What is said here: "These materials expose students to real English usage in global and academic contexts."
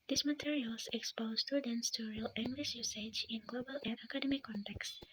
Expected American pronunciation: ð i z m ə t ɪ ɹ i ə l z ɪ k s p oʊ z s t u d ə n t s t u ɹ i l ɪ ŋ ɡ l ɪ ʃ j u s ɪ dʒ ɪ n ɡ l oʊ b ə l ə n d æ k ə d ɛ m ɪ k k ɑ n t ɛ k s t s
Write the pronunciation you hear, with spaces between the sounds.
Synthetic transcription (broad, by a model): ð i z m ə t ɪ ɹ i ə l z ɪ k s p oʊ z s t u d ə n t s t u ɹ i l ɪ ŋ ɡ l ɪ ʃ j u s ɪ dʒ ɪ n ɡ l oʊ b ə l ə n d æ k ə d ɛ m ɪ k k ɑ n t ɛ k s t